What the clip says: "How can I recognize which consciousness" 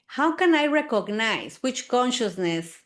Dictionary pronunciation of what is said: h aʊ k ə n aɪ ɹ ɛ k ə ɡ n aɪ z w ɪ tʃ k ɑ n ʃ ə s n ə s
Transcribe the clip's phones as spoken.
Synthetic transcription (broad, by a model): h aʊ k ə n aɪ ɹ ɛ k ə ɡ n aɪ s w ɪ tʃ k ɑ n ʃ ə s n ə s